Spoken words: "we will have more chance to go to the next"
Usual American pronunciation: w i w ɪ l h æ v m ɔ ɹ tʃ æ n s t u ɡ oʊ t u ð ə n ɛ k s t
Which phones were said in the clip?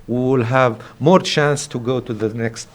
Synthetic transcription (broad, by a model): w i w ɪ l h æ v m ɔ ɹ tʃ æ n s t u ɡ oʊ t u ð ə n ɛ k s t